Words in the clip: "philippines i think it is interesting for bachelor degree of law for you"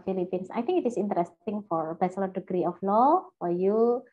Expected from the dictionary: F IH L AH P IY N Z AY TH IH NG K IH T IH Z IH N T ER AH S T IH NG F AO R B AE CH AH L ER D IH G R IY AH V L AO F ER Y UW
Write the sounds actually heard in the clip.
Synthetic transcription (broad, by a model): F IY L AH P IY N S AY T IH NG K IH T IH S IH N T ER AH S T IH NG F AO R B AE S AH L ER D IH G R IY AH F L AO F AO Y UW